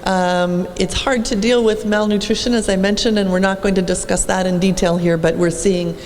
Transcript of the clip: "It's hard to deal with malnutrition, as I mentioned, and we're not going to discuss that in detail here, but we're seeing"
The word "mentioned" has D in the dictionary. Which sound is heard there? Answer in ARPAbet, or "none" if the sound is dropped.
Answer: D